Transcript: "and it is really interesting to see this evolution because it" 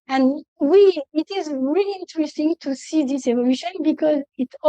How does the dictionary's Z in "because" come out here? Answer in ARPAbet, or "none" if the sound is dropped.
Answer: Z